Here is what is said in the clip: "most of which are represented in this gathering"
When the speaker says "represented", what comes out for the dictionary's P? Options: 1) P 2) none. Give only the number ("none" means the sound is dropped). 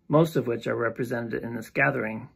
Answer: 1